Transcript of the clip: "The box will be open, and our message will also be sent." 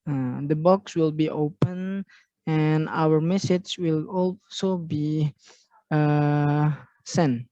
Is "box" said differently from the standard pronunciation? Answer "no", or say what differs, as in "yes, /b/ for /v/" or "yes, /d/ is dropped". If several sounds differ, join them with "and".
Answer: no